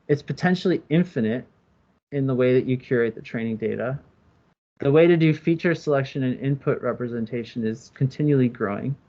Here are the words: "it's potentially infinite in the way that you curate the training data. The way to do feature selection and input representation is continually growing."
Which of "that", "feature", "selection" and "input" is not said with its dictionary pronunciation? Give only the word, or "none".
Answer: none